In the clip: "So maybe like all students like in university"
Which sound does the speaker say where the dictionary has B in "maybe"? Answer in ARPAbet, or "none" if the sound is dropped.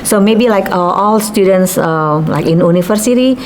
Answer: B